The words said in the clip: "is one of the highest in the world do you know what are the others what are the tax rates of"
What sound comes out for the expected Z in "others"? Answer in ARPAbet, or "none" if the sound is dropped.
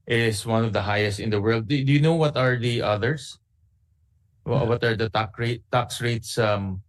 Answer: S